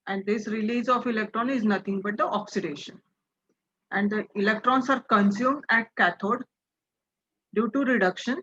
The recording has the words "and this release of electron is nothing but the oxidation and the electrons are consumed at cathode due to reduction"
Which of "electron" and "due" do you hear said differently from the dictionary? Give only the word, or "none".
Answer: none